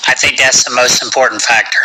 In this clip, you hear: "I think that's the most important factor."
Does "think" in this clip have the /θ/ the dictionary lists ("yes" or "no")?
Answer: yes